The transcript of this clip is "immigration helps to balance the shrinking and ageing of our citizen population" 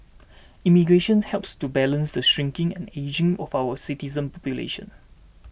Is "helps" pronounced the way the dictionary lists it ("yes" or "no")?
yes